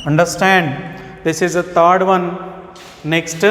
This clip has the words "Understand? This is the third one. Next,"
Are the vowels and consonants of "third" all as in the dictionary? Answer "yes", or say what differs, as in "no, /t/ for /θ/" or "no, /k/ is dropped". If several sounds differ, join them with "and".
no, /t/ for /θ/